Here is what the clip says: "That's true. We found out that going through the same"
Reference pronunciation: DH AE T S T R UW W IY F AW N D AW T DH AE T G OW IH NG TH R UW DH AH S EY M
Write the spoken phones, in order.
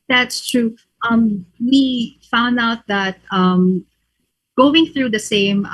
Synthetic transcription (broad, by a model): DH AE T S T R UW W IY F AW N D AW T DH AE T G OW IH NG TH R UW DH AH S EY M